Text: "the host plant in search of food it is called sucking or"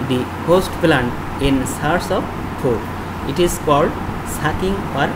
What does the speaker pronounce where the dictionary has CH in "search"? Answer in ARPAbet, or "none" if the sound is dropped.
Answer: S